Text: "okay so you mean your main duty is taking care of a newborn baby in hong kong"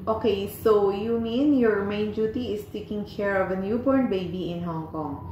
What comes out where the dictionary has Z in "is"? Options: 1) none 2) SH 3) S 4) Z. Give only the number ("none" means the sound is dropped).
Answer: 3